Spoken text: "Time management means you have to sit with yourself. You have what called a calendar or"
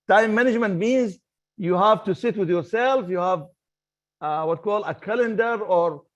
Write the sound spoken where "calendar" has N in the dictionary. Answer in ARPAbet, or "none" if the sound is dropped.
N